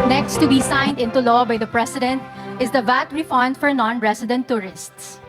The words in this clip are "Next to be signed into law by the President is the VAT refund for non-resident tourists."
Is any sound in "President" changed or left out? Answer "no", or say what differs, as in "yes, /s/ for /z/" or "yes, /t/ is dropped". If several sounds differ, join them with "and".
yes, /s/ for /z/